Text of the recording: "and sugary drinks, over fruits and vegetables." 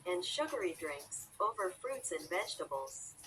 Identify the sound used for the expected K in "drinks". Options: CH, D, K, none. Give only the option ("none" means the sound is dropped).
K